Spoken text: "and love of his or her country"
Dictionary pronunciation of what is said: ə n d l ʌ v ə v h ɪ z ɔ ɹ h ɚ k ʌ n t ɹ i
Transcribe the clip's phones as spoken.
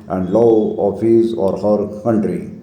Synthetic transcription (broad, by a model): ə n d l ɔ ə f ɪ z ɔ ɹ h ɚ k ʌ n t ɹ i